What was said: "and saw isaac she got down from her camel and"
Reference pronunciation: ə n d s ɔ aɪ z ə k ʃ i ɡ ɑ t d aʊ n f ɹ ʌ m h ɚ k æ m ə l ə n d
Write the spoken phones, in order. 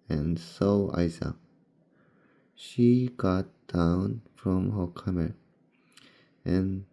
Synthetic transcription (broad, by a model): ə n s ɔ aɪ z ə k ʃ i ɡ ɑ t d aʊ n f ɹ ʌ m h ɚ k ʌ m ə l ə n